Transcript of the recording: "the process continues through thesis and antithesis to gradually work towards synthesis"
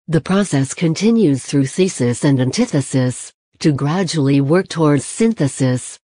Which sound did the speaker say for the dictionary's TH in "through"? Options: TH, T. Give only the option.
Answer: TH